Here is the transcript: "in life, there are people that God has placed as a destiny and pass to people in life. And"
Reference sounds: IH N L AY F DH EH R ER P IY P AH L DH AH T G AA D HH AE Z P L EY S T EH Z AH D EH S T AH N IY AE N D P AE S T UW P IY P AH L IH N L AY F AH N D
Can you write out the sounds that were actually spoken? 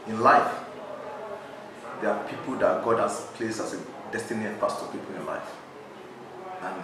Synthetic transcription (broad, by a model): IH N L AY F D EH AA P IY P AH L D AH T G AA D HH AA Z P L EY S EH S AH D EH S T AH N IY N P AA S T UW P IY P AH L IH N L AY F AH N